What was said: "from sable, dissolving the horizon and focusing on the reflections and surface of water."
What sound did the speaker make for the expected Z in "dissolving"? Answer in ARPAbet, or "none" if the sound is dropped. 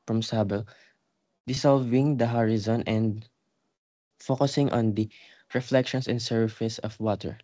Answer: S